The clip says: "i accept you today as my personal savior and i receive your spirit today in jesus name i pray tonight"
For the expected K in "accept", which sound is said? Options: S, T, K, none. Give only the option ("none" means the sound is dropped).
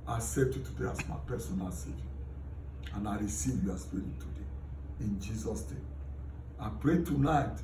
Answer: none